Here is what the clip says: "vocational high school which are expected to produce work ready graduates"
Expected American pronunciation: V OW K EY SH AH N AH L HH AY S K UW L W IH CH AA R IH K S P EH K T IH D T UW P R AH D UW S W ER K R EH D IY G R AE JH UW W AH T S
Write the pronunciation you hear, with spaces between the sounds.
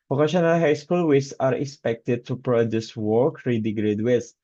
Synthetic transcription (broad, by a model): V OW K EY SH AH N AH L HH AY S K UW L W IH S AA R IH K S P EH K T IH D T UW P R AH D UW S W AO K R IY D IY G R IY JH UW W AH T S